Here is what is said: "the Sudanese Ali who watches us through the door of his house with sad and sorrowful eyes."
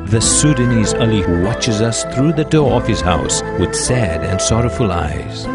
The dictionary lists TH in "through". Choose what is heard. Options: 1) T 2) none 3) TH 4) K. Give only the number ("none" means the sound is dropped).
3